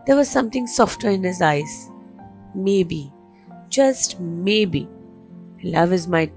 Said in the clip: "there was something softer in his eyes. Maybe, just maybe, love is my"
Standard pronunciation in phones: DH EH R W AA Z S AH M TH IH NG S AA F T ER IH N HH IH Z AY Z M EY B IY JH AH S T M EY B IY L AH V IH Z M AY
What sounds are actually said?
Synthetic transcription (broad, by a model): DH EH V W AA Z S AH M T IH NG S AA F T ER IH N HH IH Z AY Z M EY B IY JH AH S T M EY B IY L AH V IH Z M AY